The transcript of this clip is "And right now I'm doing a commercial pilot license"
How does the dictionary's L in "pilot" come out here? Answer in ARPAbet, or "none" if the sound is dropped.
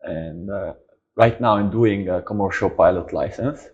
L